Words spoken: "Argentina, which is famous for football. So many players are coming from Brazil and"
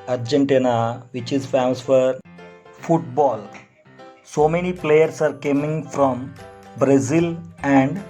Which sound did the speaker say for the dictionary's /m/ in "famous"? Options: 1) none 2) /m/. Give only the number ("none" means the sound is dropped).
1